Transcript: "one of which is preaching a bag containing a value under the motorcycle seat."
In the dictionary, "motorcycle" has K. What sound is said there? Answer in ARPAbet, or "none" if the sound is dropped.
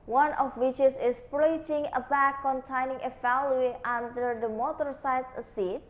none